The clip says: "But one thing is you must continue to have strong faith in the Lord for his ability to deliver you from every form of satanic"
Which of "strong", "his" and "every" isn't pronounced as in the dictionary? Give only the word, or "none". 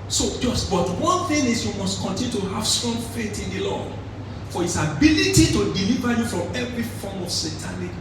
his